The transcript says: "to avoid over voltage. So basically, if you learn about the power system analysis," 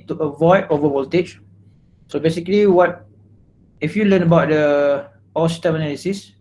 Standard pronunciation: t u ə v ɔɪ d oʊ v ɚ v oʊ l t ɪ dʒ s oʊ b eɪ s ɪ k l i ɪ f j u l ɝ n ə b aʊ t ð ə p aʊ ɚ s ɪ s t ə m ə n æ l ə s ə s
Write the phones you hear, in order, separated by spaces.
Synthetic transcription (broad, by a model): t u ə v ɔɪ d oʊ v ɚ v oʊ l t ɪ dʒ s oʊ b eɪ s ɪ k l i ɪ f j u l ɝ n ə b aʊ t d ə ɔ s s t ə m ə n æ l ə s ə s